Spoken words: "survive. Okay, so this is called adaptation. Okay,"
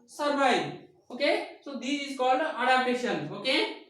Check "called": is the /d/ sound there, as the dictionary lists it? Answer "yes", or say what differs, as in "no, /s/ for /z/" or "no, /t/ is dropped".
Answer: no, /d/ is dropped